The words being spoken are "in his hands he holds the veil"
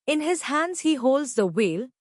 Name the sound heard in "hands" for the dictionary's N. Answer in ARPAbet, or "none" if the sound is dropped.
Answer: N